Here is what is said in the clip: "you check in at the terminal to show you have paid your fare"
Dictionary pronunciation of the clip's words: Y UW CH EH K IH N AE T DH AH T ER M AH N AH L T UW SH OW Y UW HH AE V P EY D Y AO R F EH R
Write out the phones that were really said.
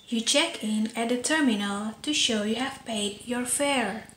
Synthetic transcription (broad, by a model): Y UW CH EH K IH N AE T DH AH T ER M AH N AH L T UW SH OW Y UW HH AE V P EY D Y AO R F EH R